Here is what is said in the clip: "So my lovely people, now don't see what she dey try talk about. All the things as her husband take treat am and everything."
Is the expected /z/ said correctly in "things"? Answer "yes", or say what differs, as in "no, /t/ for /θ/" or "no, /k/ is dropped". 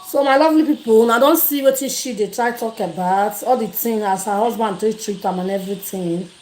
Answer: no, /z/ is dropped